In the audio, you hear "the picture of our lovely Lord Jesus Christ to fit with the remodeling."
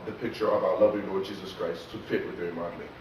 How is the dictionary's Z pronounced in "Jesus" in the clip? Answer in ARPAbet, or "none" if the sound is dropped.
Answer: Z